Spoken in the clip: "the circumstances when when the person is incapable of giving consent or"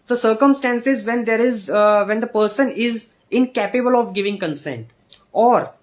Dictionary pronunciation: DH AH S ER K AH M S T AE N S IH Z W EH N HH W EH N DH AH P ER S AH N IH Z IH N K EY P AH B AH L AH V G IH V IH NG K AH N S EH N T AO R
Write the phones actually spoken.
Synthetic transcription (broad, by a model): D AH S ER K AH M S T AE N S IH Z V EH N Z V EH N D AH P ER S AH N IH Z IH N K EY P AH B AH L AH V G IH V IH NG K AH N S EH N T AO R